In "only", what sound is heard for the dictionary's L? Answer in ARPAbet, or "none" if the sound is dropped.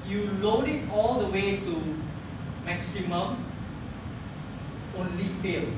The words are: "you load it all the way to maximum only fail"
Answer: L